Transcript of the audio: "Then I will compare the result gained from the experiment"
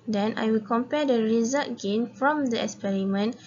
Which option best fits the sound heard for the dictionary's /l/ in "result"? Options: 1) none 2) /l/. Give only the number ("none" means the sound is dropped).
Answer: 1